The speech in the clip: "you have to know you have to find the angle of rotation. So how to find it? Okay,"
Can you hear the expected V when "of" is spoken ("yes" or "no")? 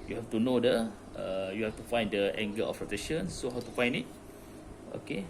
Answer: no